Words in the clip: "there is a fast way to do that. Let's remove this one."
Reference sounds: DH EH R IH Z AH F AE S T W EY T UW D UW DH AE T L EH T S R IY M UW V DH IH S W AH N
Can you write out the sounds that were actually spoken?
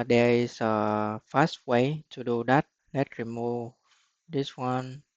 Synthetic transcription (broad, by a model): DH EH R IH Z AH F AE S T W EY T UW D UW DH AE T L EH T R IY M UW V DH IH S W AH N